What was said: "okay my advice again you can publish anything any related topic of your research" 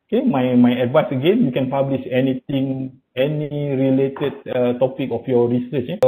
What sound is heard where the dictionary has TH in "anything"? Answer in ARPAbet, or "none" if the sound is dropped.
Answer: T